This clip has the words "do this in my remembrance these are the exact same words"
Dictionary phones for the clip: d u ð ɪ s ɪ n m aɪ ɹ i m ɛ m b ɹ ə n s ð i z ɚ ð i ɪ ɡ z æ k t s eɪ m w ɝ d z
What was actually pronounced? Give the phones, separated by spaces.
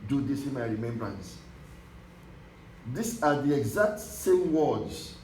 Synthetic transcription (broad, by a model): d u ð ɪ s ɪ m aɪ ɹ i m ɛ m b ɹ ə n s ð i s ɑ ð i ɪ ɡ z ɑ k t s eɪ m w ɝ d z